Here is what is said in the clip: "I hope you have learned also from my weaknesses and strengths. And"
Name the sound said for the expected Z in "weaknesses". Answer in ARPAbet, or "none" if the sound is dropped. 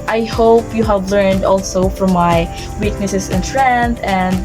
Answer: S